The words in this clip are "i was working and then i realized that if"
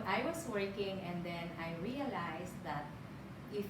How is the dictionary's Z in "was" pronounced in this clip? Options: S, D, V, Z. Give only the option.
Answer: S